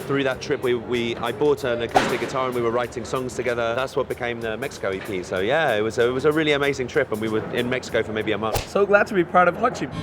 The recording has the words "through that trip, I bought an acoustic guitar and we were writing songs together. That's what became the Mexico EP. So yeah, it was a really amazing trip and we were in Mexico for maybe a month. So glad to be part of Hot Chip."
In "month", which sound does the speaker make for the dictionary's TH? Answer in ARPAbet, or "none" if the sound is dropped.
TH